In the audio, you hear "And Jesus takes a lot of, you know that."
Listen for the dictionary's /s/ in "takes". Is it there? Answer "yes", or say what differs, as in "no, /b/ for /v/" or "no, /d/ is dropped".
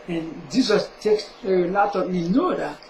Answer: yes